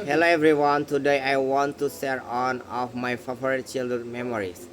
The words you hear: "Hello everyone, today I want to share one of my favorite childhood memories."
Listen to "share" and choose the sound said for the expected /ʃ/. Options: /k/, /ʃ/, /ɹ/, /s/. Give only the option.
/s/